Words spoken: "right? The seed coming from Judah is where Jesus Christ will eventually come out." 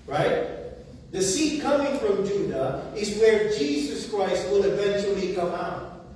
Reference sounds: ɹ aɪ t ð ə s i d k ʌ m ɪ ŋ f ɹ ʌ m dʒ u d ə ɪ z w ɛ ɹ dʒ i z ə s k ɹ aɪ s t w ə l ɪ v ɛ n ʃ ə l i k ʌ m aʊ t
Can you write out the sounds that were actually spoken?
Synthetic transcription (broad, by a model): ɹ aɪ t ð ə s i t k ʌ m ɪ ŋ f ɹ ʌ m dʒ u d ə ɪ z w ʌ ɹ dʒ i z ə s k ɹ aɪ s t w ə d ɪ v ɛ n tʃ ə l i k ʌ m aʊ t